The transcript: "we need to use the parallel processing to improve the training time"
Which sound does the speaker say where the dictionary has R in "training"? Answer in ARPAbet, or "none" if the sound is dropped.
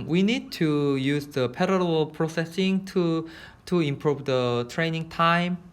R